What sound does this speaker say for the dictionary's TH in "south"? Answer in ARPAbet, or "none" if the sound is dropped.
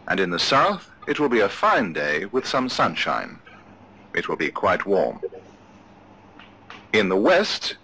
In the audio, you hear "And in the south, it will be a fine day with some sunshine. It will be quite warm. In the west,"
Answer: TH